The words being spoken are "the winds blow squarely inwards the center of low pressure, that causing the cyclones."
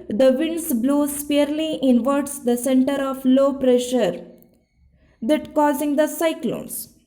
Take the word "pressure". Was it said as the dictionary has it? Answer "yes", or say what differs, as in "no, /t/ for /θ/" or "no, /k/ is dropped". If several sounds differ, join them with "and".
yes